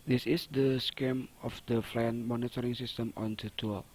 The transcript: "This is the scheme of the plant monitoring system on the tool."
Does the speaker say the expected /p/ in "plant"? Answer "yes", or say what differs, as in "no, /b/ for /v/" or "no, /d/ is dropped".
no, /f/ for /p/